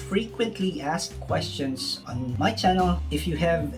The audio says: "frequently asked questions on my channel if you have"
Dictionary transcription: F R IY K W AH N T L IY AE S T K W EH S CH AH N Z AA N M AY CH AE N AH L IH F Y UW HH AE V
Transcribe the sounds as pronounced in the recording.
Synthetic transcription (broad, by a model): F R IY K W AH N T L IY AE S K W EH S CH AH N S AA N M AY CH AE N AH L IH F Y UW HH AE V